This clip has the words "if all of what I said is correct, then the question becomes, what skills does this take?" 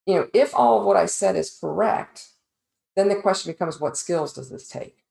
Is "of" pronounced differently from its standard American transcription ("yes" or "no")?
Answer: no